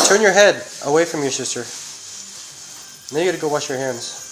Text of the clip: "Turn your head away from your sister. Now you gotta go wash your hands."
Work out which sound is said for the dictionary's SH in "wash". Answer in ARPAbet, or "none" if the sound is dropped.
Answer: SH